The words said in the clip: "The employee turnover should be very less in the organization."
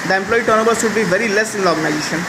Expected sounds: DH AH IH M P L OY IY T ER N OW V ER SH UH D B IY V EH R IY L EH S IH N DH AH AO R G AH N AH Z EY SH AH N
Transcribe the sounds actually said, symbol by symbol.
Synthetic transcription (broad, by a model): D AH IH M P L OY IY T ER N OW B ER S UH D B IY V EH R IY L EH S IH N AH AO R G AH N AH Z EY SH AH N